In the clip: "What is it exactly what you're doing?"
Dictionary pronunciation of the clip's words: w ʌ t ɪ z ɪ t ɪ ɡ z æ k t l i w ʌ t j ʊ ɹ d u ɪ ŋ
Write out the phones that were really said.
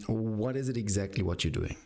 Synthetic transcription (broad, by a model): w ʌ t ɪ z ɪ t ɪ ɡ z æ k t l i w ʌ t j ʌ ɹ d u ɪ ŋ